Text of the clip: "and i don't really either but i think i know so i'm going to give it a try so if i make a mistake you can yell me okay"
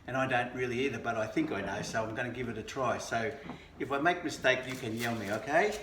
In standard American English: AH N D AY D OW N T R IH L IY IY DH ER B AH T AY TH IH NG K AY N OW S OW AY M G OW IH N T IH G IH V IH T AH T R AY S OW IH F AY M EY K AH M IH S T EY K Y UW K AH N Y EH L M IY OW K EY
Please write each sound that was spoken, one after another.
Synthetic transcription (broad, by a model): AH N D AY D OW N T R IH L IY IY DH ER B AH T AY TH IH NG K AY N OW S OW AY M G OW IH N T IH G IH V IH T AH T R AY S OW IH F AY M EY K M IH S T EY K Y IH K AH N Y EH L M IY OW K EY